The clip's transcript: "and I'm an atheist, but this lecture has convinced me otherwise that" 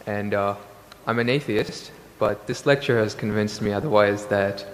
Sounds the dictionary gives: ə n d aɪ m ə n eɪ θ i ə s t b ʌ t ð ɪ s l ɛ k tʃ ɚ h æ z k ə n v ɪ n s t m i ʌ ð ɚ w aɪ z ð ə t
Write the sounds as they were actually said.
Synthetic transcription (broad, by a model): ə n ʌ aɪ m ə n eɪ θ i ə s t b ʌ t ð ɪ s l ɛ k tʃ ɚ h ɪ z k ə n v ɪ n s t m i ʌ ð ɚ w aɪ z ð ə t